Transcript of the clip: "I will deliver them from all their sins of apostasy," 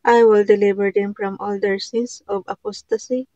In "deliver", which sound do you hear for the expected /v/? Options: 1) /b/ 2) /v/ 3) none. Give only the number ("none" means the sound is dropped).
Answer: 1